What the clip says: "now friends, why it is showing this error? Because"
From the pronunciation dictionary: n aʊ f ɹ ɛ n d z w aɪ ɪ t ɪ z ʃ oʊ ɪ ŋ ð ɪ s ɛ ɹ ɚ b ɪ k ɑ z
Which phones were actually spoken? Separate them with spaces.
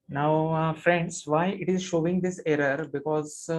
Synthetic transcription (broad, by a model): n aʊ f ɹ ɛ n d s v aɪ ɪ t ɪ z ʃ oʊ ɪ ŋ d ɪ s ɛ ɹ ɚ b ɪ k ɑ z